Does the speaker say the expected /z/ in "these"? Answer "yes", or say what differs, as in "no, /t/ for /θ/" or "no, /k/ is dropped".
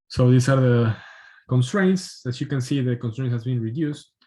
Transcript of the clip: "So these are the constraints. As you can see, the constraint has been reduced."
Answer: no, /s/ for /z/